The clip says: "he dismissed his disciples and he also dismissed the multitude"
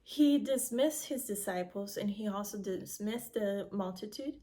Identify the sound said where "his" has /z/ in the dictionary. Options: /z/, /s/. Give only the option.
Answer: /z/